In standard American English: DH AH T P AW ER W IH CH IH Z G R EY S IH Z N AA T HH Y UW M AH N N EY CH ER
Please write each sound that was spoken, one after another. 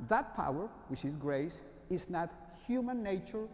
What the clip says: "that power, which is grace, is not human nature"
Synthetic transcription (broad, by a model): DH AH T P AW ER W IH CH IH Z G R EY S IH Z N AA T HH Y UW M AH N N EY CH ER